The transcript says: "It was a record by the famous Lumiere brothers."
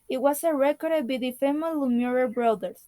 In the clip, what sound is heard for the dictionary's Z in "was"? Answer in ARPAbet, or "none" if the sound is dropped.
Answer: S